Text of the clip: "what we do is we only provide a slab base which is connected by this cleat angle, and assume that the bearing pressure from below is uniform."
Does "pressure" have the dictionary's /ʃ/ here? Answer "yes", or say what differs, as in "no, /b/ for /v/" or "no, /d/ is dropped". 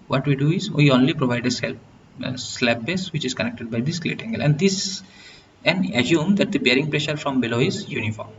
yes